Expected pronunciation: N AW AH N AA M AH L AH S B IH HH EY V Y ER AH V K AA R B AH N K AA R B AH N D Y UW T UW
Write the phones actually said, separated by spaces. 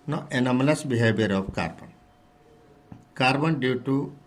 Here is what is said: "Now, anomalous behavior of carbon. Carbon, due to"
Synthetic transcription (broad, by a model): N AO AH N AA M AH L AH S B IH HH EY B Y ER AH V K AA R B AH N K AA R B AH N D Y UW T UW